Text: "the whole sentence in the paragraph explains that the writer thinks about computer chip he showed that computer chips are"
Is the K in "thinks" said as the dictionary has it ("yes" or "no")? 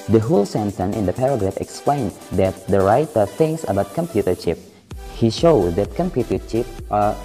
no